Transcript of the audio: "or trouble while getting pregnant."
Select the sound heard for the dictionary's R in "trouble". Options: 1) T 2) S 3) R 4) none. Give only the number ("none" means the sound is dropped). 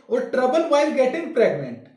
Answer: 3